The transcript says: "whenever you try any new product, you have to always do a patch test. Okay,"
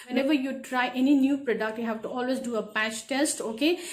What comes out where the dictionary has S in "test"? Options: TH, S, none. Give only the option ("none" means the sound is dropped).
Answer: S